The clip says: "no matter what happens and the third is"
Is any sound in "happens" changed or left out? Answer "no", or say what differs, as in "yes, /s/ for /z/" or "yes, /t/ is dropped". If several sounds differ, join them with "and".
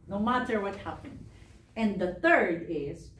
yes, /z/ is dropped